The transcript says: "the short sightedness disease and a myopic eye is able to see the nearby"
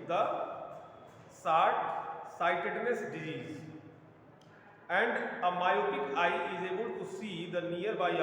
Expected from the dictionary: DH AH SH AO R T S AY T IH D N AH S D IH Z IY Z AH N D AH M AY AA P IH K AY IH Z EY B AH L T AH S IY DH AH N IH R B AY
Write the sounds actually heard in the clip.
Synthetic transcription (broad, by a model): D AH S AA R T S AY T IH D N AH S D IH Z IY Z AH N D AH M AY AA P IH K AY IH Z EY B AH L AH S IY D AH N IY R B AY